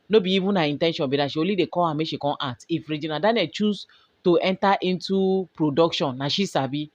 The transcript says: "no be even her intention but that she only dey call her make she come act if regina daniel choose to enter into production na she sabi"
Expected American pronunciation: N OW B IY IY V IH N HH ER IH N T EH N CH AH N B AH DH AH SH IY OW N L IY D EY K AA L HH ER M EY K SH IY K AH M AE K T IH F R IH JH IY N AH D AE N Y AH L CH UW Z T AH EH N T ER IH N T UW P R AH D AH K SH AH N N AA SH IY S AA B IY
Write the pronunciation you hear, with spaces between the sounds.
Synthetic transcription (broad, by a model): N OW B IY IY V IH N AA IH N T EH N SH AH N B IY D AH SH IY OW L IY D EY K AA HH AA M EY SH IY K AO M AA T IH F R IH JH IY N AH D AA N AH CH UW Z T AH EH N T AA IH N T UW P R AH D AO K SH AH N N AA SH IY S AA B IY